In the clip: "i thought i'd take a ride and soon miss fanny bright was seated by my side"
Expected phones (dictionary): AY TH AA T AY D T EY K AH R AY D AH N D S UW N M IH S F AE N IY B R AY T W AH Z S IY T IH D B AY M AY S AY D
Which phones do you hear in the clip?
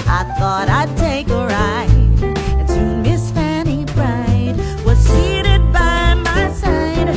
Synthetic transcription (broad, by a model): AY TH AA T AY D T EY K AH R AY AH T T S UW M IH S F AE N IY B R AY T W AH Z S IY T IH D B AY M AY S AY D